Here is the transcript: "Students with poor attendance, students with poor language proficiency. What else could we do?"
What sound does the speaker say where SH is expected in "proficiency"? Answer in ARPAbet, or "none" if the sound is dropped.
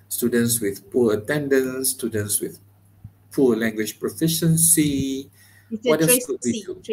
SH